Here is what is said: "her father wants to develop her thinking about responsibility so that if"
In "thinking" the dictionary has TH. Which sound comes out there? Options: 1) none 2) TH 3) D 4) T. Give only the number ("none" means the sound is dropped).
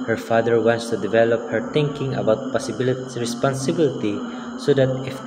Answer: 4